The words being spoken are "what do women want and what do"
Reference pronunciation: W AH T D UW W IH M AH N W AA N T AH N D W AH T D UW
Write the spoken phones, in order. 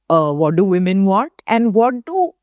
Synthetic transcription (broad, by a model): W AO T D UW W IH M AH N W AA T AH N D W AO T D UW